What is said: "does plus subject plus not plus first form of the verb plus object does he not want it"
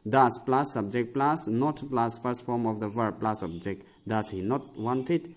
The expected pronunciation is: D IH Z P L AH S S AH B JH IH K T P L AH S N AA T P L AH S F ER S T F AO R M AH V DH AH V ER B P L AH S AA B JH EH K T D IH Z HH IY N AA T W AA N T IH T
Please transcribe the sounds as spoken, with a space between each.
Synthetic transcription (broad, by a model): D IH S P L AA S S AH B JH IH K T P L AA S N AA T P L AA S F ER S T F AO R M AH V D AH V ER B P L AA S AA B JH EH K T D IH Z HH IY N AA T W AA N T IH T